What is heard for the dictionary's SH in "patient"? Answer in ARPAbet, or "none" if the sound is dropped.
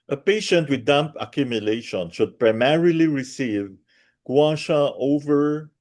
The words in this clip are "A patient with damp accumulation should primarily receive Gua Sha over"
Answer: SH